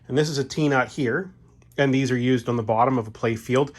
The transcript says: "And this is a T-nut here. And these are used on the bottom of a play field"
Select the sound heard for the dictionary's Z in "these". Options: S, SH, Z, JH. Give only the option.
Z